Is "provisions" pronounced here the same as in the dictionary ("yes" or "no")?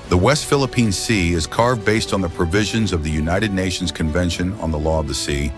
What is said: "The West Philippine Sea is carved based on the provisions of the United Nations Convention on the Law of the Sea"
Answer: yes